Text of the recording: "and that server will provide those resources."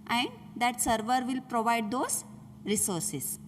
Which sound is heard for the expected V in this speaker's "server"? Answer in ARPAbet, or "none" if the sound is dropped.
V